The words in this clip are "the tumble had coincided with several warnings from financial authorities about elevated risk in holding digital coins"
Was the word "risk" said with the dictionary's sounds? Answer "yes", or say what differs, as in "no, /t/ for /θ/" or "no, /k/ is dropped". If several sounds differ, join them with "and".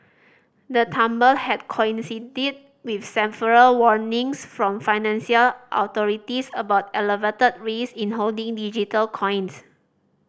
no, /k/ is dropped